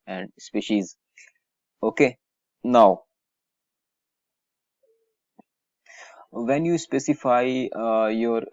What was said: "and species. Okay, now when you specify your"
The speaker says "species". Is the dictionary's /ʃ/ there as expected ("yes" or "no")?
yes